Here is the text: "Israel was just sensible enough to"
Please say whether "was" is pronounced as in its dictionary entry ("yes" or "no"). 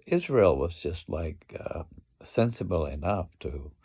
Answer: yes